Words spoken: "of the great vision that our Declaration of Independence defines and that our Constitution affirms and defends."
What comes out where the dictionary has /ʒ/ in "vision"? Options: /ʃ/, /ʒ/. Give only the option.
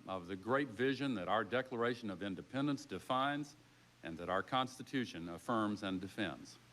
/ʒ/